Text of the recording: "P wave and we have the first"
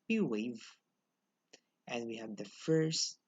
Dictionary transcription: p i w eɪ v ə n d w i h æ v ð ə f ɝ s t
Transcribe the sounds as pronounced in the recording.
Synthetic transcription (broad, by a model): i w eɪ v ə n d w i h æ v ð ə f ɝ s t